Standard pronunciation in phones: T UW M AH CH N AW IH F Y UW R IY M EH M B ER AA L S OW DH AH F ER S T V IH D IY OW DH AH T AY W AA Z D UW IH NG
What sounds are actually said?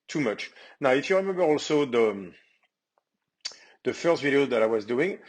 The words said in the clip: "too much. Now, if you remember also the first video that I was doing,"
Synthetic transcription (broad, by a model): T UW M AH CH N AW IH F Y UW R IY M EH M B ER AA L S OW DH AH F ER S T V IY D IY OW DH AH T AY W AA Z D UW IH NG